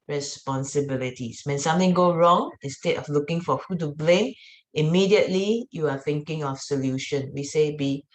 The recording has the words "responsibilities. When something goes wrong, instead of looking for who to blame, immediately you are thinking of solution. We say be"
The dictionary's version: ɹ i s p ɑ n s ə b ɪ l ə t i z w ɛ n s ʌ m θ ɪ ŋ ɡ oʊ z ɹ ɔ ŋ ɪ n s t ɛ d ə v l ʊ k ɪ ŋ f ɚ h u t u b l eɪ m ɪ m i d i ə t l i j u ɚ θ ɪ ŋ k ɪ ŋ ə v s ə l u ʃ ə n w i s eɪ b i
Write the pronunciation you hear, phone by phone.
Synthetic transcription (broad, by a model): ɹ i s p ɑ n s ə b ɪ l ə t i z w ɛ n s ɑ m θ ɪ ŋ ɡ oʊ ɹ ɔ ŋ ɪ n s t ɛ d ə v l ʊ k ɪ ŋ f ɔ h u t u b l eɪ m ɪ m i d i ə t l i j u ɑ θ ɪ ŋ k ɪ ŋ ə f s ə l u ʃ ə n w i s eɪ b i